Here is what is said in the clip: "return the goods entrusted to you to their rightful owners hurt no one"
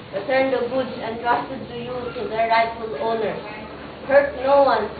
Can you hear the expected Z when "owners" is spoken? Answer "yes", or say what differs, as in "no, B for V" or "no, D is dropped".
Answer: no, Z is dropped